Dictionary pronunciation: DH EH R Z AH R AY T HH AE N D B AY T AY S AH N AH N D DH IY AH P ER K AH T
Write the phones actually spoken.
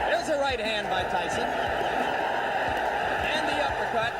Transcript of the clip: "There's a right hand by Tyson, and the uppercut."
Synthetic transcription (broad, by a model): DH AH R Z AH R AY T HH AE N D B AY T AY S AH N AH N DH IY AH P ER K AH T